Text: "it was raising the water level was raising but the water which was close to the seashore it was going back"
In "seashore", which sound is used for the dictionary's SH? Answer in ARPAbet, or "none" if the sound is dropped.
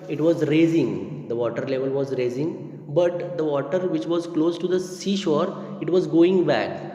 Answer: SH